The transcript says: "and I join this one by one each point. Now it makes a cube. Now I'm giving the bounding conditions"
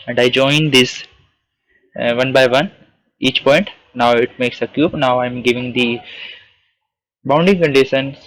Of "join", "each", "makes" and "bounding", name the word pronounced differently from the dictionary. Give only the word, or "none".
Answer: none